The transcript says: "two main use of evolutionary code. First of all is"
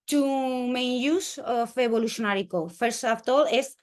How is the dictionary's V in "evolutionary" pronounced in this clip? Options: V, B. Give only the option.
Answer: B